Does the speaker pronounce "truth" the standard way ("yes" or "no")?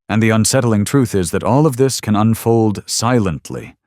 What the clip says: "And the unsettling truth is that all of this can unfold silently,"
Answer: yes